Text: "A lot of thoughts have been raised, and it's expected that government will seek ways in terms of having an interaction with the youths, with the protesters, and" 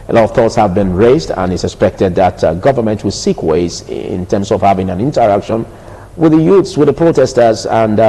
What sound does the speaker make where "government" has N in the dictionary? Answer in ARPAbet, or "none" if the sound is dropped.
N